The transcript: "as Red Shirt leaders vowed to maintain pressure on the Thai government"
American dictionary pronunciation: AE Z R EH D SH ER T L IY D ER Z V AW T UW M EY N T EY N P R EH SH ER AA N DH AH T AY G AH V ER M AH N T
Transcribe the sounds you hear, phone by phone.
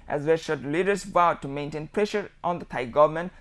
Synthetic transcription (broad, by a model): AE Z W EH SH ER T L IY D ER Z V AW T UW M EY N T EY N P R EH SH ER AA N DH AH T AY G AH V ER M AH N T